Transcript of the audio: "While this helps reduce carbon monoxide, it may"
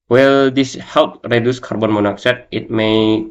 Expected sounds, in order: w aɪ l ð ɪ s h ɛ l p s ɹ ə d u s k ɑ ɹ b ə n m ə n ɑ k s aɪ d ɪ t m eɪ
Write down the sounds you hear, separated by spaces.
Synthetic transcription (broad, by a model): w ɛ l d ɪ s h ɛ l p ɹ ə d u s k ɑ ɹ b ə n m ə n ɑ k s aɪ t ɪ t m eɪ